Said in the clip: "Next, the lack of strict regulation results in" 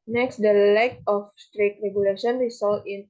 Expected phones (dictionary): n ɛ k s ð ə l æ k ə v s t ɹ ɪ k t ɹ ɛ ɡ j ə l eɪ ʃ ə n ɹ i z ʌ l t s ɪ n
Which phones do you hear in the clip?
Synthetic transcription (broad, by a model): n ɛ k s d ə l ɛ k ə f s t ɹ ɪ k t ɹ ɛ ɡ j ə l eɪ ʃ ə n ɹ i s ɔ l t ɪ n